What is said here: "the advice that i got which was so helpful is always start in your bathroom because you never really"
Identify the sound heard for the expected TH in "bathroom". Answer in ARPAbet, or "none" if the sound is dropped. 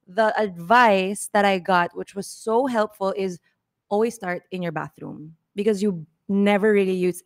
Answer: TH